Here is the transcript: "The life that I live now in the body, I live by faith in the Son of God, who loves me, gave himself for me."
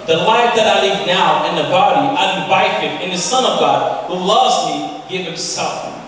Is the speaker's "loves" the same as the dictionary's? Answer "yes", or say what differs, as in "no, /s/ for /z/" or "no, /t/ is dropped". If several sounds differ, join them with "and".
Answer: yes